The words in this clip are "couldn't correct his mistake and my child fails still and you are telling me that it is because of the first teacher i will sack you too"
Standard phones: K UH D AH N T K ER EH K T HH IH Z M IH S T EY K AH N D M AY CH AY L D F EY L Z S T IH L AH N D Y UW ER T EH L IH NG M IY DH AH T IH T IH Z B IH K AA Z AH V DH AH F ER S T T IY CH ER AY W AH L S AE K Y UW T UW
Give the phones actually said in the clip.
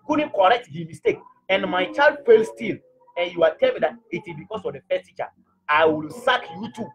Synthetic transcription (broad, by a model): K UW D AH N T K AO EH K T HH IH M IH S T EY K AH N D M AY CH AY L D F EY L S T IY L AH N Y UW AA T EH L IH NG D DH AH T IH T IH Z B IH K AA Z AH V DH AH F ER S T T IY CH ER AY W AH L S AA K Y UW T UW